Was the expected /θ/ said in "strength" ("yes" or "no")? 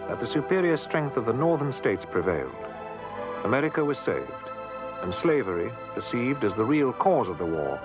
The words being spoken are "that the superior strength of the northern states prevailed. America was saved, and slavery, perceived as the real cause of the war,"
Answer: yes